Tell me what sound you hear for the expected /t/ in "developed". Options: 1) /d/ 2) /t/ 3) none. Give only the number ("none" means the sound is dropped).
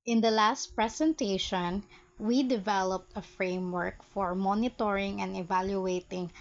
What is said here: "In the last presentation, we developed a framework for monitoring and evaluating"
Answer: 2